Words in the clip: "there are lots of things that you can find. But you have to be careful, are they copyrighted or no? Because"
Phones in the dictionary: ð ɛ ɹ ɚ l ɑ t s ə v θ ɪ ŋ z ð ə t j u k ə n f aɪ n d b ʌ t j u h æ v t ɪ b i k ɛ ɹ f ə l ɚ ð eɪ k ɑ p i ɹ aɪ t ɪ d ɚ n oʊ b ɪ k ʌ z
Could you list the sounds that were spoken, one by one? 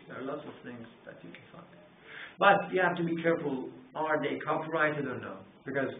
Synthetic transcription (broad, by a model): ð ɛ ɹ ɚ l ɑ t s ə v θ ɪ ŋ z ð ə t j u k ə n f aɪ n d b ʌ t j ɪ h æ f t ɪ b i k ɛ ɹ f ə l ɚ ð eɪ k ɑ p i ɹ aɪ t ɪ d ɚ n oʊ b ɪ k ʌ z